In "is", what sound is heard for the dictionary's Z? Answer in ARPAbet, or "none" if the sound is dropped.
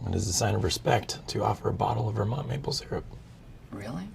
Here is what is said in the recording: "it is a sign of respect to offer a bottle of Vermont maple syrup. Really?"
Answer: Z